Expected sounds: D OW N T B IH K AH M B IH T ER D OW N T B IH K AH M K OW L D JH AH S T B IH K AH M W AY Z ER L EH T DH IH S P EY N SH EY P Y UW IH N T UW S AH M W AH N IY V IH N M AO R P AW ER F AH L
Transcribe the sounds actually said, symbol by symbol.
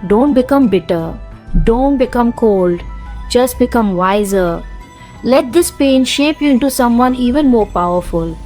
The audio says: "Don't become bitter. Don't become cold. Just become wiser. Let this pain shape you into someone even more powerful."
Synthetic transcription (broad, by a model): D OW N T B IH K AH M B IH T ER D OW N T B IH K AH M K OW L D JH AH S T B IH K AH M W AY Z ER L EH T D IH S P EY N SH EY P Y UW IH N T UW S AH M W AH N IY V IH N M AO R P AW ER F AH L